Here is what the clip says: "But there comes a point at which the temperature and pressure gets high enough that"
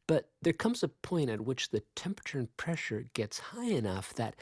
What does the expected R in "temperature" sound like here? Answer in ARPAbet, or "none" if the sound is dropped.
R